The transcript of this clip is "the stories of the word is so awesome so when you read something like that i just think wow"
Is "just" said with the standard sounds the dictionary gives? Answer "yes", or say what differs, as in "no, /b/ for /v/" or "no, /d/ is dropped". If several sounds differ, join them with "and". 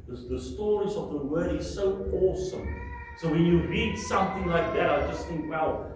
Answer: yes